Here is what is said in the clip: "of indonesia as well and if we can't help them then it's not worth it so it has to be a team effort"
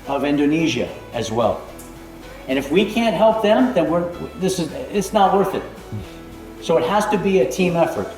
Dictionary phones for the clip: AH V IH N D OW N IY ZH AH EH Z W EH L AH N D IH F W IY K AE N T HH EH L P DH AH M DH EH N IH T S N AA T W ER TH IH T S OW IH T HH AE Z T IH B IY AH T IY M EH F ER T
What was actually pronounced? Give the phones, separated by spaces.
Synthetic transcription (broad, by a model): AH V IH N D OW N IY ZH AH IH Z W EH L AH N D IH F W IY K AE N T HH EH L P DH AH M DH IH N IH T S N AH T W ER TH IH T S OW IH T HH AE Z T IH B IY AH T IY M EH F ER T